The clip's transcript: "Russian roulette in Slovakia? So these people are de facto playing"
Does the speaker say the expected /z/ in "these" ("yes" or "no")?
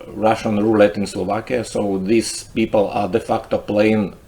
no